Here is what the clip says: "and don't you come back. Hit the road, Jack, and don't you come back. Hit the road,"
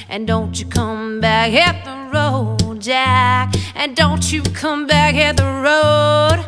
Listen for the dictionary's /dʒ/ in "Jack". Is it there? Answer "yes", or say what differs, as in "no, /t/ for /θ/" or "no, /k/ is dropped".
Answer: yes